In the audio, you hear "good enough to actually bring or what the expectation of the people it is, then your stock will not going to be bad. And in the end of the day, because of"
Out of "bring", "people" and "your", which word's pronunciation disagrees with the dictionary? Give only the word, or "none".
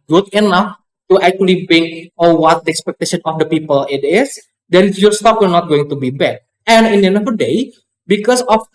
bring